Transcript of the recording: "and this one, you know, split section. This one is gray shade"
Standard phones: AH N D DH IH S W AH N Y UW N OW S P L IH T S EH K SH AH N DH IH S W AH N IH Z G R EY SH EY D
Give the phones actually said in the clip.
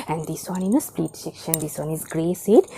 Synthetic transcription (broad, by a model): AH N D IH S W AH N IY N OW S P IY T S EH K SH AH N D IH S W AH N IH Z G R EY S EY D